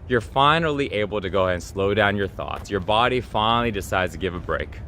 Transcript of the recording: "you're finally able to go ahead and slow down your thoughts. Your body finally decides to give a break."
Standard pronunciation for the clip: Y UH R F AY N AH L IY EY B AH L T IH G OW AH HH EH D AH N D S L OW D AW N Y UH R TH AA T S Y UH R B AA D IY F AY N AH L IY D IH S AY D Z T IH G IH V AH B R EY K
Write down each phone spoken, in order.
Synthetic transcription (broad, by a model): Y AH R F AY N L IY EY B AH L T IH G OW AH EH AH N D S L OW D AW N Y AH R TH AA T S Y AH R B AA D IY F AY N L IY D IH S AY D Z T IH G IH V AH B R EY K